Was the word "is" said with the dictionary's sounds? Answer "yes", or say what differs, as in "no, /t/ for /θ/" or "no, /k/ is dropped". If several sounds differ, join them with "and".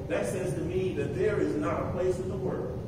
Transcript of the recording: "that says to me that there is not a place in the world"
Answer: yes